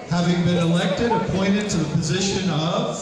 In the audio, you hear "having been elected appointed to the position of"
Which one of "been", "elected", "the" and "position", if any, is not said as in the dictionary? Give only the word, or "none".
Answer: none